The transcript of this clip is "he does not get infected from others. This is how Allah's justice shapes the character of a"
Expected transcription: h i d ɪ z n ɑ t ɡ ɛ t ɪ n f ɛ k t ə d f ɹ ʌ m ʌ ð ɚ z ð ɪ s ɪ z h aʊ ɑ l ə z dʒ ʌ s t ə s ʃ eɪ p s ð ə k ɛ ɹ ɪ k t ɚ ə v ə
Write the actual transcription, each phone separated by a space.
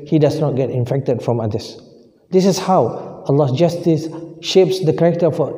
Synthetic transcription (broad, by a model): h i d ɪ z n ɑ t ɡ ɛ t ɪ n f ɛ k t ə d f ɹ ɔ m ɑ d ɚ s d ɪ s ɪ s h aʊ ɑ l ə s dʒ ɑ s t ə s ʃ eɪ p s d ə k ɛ k t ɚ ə f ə